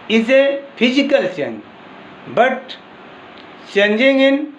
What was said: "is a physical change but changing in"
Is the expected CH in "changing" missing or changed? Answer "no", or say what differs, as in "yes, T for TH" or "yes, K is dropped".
yes, S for CH